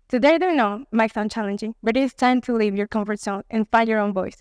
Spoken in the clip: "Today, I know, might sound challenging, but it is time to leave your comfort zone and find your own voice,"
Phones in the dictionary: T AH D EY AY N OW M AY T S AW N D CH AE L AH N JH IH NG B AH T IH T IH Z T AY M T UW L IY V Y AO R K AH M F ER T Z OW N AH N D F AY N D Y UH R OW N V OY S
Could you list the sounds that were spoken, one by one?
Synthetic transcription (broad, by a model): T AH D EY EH N OW M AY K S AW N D CH AE L AH N JH IH NG B AH T IH T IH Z T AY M T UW L IY V Y AO R K AH M F ER T S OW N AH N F AY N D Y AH R OW N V OY S